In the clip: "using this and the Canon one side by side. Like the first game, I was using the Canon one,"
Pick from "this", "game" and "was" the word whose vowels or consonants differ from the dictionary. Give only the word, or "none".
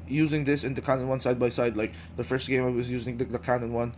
none